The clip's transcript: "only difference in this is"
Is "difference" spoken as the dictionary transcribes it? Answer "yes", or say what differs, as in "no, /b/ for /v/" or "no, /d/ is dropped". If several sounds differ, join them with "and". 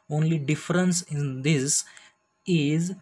yes